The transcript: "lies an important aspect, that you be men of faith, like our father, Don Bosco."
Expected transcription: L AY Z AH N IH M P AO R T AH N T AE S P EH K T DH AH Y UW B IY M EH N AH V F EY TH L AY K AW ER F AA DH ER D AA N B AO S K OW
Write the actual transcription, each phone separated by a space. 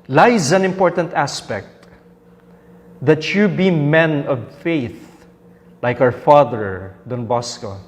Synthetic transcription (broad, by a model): L AY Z AH N IH M P AO R T AH N T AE S P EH K T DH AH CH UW B IY M EH N AH V F EY TH L AY K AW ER F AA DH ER D AA N B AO S K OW